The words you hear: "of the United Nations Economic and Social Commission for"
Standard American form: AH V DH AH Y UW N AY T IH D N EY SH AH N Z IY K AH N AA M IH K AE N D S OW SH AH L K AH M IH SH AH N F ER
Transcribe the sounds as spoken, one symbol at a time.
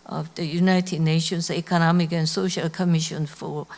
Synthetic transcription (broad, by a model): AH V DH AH Y UW N AY T IH D N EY SH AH N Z IY K AH N AA M IH K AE N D S OW SH AH L K AH M IH SH AH N F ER